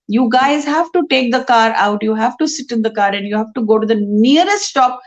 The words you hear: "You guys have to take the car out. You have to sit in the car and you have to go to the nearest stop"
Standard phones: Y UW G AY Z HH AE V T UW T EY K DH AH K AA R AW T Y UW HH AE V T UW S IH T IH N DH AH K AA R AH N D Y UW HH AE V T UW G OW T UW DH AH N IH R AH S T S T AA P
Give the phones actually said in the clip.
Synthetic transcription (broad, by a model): Y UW G AY Z HH AE V T UW T EY K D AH K AA R AW T Y UW HH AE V T UW S IH T IH N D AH K AA R AH N D Y UW HH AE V T UW G OW T UW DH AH N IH R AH S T S T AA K